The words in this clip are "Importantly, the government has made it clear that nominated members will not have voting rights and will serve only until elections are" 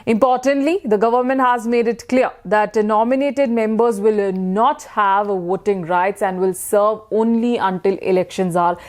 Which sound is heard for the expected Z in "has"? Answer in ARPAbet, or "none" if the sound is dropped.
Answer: Z